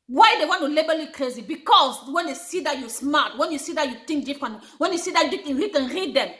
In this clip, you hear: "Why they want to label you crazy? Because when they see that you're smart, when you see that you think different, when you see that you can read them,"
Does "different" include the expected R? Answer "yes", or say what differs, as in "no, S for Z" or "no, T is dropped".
no, R is dropped